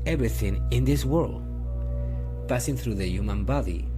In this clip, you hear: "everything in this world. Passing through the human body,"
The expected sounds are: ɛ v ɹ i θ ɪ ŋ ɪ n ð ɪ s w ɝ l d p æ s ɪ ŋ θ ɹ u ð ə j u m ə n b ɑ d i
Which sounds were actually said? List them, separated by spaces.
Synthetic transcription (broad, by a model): ɛ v ɹ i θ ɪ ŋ ɪ n ð ɪ s w ɝ l d p æ s ɪ ŋ θ ɹ u ð ə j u m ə n b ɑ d i